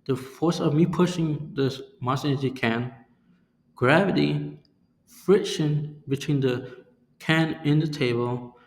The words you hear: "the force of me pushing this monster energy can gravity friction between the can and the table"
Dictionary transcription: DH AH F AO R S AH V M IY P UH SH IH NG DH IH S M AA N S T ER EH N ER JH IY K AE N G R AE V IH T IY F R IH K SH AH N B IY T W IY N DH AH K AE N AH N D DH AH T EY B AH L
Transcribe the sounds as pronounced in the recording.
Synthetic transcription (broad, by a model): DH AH F AO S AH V M IY P UH SH IH NG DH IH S M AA S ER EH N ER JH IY K AE N G R AE V IH T IY F R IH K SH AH N B IY T W IY N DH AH K AE N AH N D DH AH T EY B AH L